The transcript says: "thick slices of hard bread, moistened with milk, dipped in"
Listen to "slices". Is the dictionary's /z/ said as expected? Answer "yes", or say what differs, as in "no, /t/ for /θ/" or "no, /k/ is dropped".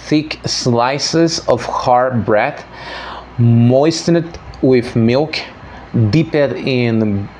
yes